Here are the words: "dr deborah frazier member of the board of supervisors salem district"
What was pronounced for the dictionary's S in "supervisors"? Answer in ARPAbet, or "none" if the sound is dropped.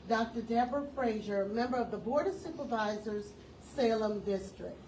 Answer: S